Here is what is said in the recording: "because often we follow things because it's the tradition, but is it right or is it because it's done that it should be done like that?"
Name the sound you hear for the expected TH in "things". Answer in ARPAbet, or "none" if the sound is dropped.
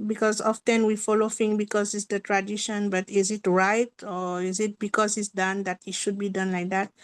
F